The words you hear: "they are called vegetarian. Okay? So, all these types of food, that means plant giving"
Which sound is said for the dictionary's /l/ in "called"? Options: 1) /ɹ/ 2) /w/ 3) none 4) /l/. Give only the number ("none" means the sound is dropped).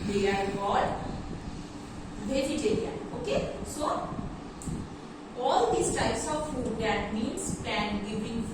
3